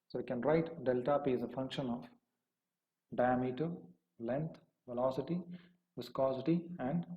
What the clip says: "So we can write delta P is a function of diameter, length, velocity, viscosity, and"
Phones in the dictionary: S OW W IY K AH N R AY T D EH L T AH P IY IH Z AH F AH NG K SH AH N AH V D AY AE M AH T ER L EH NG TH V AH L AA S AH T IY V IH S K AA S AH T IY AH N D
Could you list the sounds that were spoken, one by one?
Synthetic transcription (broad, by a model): S OW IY K AH N R AY T D EH L T AH P IY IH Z AH F AH NG K SH AH N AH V D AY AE M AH T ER L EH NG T V AH L AA S AH T IY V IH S K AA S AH T IY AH N D